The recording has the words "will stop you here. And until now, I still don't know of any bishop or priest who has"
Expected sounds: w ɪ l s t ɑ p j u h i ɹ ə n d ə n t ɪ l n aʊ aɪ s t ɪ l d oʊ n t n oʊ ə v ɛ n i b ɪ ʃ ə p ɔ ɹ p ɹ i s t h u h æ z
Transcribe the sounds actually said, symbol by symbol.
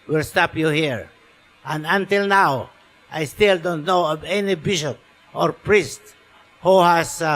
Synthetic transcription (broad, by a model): w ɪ l s t ɑ p j u h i ɹ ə n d ə n t ɪ l n aʊ aɪ s t ɪ l d oʊ n t n oʊ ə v ɛ n i b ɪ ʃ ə p ɔ ɹ p ɹ i s t h u h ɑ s